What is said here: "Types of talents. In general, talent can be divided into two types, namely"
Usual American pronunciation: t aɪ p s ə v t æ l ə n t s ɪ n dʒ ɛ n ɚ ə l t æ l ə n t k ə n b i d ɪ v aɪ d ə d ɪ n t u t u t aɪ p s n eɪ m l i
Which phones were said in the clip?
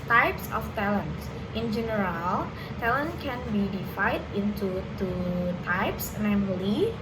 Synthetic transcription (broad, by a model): t aɪ p s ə f t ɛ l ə n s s ɪ n dʒ ɛ n ɚ ə l t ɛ l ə n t k ə n b i d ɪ f aɪ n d ɪ n t u t u t aɪ p s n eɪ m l i